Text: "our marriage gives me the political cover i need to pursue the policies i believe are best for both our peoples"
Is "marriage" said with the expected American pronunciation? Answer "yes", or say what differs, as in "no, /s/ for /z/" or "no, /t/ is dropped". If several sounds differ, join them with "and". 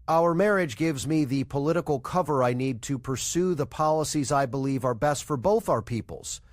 yes